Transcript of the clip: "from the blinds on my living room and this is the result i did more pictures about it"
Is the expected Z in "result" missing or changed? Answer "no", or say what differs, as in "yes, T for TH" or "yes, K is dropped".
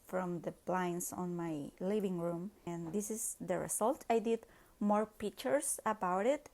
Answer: yes, S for Z